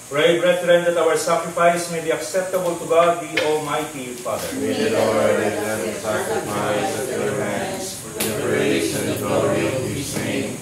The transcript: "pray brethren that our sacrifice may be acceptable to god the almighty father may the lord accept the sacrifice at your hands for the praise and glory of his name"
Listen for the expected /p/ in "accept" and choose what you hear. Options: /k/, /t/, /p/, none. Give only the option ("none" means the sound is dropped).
none